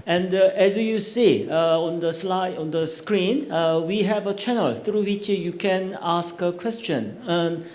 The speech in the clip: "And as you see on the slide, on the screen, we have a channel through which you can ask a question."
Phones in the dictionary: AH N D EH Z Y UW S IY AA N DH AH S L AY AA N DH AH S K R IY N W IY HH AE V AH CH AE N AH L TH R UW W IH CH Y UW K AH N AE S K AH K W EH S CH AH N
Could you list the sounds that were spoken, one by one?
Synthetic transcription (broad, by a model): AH N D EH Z Y UW S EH AA N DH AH S L AY AA N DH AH S K R IY N W IY HH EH V AH CH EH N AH L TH R UW W IH CH Y UW K AH N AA S K AH K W EH S CH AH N